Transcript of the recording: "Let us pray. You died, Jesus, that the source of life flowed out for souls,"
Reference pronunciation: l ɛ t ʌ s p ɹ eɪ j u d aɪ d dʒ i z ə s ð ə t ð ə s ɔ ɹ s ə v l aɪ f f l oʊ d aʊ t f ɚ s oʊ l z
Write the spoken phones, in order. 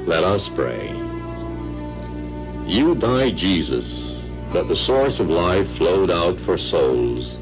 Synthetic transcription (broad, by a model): l ɛ t ʌ s p ɹ eɪ j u d aɪ d dʒ i z ə s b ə t ð ə s ɔ ɹ s ə v l aɪ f f l oʊ d aʊ t f ɚ s oʊ l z